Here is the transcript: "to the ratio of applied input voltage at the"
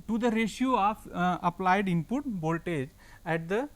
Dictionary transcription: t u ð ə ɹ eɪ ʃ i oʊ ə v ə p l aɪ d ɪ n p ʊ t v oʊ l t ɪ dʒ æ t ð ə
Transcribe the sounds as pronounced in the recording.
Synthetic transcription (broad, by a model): t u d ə ɹ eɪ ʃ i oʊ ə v ə p l aɪ d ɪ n p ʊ t b oʊ l t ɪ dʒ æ t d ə